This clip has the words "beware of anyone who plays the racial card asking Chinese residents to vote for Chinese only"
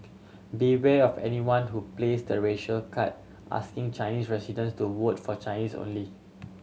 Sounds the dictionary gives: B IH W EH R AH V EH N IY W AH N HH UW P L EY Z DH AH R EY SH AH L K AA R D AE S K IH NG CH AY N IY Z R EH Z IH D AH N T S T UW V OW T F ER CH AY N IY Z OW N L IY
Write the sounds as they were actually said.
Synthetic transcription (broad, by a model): B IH W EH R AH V EH N IY W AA N HH UW P L EY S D AH R EY SH AH L K AA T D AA S K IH NG CH AY N IY S R EH S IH D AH N S T UW W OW T F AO CH AY N IY S OW N L IY